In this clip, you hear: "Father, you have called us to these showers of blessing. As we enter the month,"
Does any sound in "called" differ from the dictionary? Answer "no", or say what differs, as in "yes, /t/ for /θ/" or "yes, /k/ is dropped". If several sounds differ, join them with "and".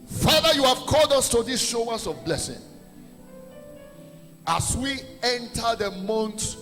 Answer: no